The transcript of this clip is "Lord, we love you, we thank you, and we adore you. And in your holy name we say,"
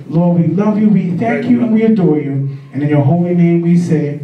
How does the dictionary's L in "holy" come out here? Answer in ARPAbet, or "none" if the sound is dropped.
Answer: L